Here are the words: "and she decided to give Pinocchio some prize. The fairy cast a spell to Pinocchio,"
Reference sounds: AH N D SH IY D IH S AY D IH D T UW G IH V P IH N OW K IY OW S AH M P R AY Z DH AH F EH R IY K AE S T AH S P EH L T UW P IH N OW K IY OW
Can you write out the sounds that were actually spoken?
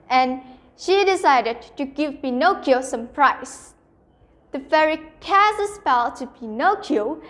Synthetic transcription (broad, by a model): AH N SH IY D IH S AY D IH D T UW G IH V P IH N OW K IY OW S AH M P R AY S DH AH F EH R IY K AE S AH S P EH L T UW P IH N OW K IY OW